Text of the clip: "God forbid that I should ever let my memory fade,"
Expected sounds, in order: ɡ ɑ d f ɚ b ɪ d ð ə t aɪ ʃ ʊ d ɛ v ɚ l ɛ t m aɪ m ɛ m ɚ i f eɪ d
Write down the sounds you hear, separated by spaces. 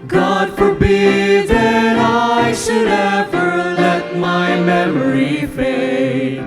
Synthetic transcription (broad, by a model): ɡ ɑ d f ɚ b ɪ d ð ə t aɪ ʃ ʊ d ɛ v ɚ l ɛ t m aɪ m ɛ m ɚ i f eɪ